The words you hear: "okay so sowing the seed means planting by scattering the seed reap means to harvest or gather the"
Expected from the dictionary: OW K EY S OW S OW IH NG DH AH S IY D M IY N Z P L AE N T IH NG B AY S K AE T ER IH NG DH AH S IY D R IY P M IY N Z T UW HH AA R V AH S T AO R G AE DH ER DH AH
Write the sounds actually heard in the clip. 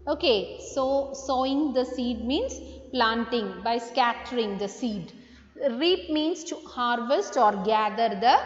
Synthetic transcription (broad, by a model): OW K EY S OW S OW IH NG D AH S IY D M IY N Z P L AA N T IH NG B AY S K AE T ER IH NG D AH S IY D R IY P M IY N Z T UW HH AA R V AH S T AO R G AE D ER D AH